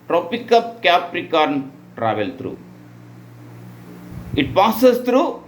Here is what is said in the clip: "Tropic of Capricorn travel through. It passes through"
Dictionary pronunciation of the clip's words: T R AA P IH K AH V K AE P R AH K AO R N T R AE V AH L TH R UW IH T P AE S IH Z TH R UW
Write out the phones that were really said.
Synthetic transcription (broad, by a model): T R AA P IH K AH P K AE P R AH K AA R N T R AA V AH L T R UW IH T P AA S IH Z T R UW